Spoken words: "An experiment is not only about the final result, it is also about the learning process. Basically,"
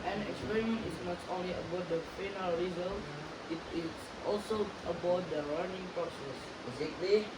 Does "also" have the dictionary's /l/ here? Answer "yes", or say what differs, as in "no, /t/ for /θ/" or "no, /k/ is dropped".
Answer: yes